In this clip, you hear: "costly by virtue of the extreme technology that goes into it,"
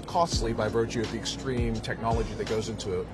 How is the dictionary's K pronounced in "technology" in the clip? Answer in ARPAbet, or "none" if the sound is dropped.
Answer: K